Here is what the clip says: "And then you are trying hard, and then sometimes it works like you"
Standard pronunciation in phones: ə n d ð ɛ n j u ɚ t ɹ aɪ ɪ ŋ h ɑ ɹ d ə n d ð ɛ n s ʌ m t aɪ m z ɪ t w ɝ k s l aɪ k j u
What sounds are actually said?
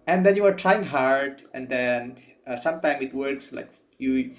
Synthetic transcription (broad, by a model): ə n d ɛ n j u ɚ t ɹ aɪ ɪ ŋ h ɑ ɹ d ə n d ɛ n s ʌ m t aɪ m ɪ t w ɝ k s l aɪ k j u